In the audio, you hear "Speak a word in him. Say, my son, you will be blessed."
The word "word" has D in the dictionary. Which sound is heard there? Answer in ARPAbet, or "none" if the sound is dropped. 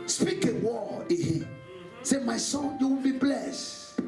none